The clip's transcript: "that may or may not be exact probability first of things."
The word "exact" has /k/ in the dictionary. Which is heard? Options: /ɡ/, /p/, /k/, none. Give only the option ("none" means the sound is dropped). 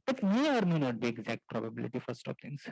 /k/